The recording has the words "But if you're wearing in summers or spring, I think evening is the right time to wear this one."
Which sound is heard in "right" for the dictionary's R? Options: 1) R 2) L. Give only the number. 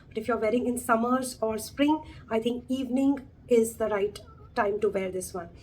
1